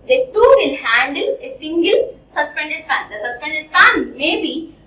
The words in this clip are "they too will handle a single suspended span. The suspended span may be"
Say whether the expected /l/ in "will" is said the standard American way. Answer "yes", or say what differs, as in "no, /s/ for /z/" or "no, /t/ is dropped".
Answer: no, /n/ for /l/